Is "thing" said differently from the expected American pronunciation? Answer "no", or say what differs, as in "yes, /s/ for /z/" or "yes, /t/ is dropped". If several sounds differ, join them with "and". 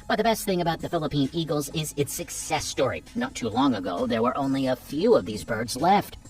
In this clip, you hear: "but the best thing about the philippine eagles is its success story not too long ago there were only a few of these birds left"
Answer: no